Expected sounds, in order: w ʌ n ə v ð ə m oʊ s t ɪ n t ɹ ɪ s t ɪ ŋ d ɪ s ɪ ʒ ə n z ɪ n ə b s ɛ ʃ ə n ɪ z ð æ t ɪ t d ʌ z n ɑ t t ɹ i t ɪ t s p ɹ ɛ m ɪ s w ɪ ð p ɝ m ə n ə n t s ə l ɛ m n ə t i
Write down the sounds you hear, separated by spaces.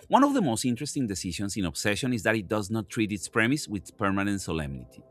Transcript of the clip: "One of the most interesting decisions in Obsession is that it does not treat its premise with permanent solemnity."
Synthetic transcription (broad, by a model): w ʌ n ə v ð ə m oʊ s t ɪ n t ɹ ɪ s t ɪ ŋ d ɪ s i ʃ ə n s ɪ n ə b s ɛ ʃ ə n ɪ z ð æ t ɪ t d ʌ z n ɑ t t ɹ i t ɪ t s p ɹ ɛ m ɪ s w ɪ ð p ɝ m ə n ə n t s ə l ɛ m n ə t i